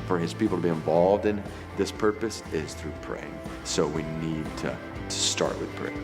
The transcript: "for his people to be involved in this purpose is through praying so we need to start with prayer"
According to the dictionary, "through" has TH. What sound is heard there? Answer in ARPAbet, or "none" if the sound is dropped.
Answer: TH